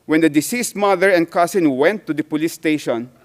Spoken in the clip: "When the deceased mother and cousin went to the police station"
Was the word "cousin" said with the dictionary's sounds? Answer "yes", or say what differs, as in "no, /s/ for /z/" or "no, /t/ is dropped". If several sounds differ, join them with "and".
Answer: no, /s/ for /z/